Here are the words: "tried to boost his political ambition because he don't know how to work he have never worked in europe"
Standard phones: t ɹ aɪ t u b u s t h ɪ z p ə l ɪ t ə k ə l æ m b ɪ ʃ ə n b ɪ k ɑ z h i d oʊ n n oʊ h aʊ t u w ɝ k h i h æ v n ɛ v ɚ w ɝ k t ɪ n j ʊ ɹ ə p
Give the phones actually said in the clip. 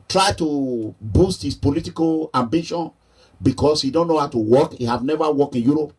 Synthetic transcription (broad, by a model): t ɹ aɪ t u b u s t h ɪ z p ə l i t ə k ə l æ m b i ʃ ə n b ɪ k ɑ s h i d oʊ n n oʊ h aʊ t u w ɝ k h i h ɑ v n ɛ v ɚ w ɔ k ɪ n j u ɹ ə p